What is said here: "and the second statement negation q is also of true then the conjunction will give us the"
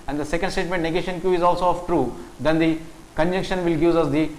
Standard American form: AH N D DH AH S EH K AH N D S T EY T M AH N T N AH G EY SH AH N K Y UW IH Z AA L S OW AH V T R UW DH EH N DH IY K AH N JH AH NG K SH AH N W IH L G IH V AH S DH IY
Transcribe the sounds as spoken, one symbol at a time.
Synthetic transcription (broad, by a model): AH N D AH S EH K AH N D S T EY T M AH N T N AH G EY SH AH N K Y UW IH Z AA L S OW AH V T R UW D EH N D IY K AH N JH AH NG K SH AH N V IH L G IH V AH S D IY